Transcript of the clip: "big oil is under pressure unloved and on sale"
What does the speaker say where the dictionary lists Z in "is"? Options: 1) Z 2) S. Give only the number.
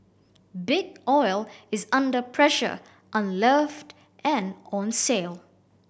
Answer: 1